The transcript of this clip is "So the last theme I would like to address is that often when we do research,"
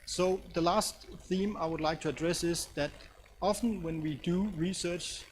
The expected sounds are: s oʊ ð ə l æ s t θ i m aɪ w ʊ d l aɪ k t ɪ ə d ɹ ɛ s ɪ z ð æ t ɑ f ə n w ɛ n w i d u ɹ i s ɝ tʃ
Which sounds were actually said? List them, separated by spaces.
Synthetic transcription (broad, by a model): s oʊ ð ə l æ s t θ i m aɪ w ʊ d l aɪ k t ɪ ə d ɹ ɛ s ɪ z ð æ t ɑ f ə n w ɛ n w i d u ɹ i s ɝ tʃ